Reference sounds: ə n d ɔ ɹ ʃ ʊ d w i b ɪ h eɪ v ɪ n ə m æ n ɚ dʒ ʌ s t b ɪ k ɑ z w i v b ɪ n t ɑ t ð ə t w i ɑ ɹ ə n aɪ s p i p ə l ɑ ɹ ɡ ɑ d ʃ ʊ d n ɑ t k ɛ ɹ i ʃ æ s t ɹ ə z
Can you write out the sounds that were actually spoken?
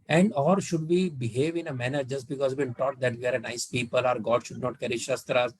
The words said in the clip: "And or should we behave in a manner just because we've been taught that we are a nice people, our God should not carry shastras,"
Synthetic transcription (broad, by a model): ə n d ɔ ɹ ʃ ʊ d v i b ɪ h eɪ v ɪ n ə m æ n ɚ dʒ ʌ s t b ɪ k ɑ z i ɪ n t ɑ t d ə t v i ɑ ɹ ə n aɪ s p i p ə l ɑ ɹ ɡ ɑ d ʃ ʊ d n ɑ t k ɛ ɹ i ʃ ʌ s t ɹ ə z